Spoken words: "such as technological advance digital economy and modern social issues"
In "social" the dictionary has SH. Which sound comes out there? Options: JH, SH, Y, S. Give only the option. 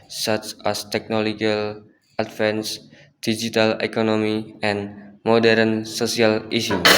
S